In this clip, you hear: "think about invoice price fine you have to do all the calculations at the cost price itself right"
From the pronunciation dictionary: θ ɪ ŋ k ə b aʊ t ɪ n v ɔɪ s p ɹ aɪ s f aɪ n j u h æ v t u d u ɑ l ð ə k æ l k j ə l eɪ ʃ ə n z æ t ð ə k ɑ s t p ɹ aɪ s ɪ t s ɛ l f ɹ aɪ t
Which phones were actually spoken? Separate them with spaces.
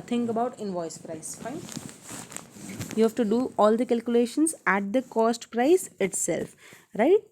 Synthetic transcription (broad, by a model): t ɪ ŋ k ə b aʊ t ɪ n v ɔɪ s p ɹ aɪ s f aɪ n j u h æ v t u d u ɑ l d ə k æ l k j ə l eɪ ʃ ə n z æ t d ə k ɑ s t p ɹ aɪ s ɪ t s ɛ l f ɹ aɪ t